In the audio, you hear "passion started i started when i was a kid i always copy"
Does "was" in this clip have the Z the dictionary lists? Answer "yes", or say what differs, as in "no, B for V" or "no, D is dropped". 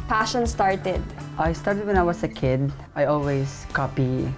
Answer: no, S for Z